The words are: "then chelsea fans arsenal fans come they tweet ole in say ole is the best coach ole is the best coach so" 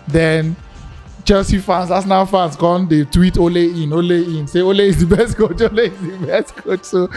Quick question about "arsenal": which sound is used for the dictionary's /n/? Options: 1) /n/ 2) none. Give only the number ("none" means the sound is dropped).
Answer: 2